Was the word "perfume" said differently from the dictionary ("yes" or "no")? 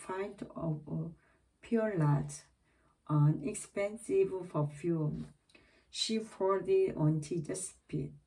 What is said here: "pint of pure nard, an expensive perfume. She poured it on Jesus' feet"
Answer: yes